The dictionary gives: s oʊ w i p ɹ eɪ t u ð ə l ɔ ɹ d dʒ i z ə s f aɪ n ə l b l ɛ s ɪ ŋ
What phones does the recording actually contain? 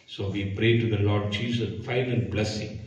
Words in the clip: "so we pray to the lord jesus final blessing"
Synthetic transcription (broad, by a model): s oʊ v i p ɹ eɪ t u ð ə l ɔ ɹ d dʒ i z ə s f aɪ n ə n b l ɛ s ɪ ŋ